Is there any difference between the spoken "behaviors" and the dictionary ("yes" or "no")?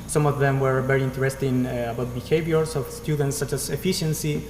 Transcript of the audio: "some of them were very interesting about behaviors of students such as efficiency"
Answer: yes